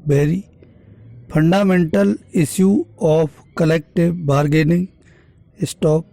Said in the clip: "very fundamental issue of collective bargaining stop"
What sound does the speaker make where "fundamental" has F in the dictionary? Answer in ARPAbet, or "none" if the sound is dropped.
P